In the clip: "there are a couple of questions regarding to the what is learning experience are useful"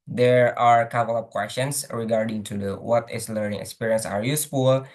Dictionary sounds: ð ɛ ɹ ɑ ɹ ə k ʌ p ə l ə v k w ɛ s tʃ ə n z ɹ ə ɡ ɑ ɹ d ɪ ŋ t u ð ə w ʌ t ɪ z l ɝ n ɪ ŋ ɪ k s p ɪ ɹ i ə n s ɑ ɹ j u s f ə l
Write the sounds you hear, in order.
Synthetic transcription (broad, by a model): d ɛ ɹ ɑ ɹ k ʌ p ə l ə p k w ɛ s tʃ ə n s ɹ ə ɡ ɑ ɹ d ɪ ŋ t u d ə w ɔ t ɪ s l ɝ n ɪ ŋ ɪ k s p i ɹ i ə n s ɑ ɹ j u s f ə l